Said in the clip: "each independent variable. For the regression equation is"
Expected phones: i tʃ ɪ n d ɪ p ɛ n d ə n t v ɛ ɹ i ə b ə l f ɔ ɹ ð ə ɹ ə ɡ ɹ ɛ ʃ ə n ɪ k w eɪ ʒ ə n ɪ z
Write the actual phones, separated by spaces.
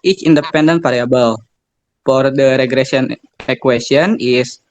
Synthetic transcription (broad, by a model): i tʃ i n d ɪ p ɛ n d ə n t p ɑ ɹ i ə b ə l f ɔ ɹ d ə ɹ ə ɡ ɹ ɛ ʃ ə n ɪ k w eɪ s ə n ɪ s